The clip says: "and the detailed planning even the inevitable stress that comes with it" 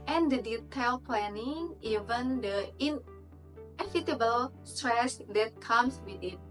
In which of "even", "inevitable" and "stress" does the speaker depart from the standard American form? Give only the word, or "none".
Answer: inevitable